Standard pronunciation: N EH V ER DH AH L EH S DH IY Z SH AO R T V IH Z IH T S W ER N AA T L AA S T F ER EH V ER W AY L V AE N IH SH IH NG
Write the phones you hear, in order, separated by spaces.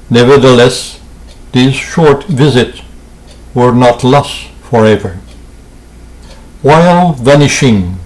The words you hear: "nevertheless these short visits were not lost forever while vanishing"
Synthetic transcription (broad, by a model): N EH V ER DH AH L EH S DH IY Z SH AO R T V IH Z IH T S W ER N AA T L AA S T F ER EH V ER W AY L V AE N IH SH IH NG